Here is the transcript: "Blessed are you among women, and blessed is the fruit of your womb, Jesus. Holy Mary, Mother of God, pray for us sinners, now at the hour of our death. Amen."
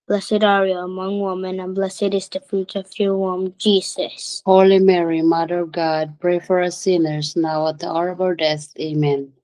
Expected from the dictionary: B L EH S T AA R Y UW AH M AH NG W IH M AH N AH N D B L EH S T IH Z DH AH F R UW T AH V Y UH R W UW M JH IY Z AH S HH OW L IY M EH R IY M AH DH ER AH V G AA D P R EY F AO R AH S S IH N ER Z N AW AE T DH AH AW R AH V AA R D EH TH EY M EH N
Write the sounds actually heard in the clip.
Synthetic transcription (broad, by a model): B L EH S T AA R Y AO AH M AH NG W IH M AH N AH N B L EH S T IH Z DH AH F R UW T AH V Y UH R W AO M JH IY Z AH S HH OW L IY M EH R IY M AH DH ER AH V G AA D P R EY F AO R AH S S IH N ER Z N AW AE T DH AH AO R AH B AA L D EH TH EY M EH N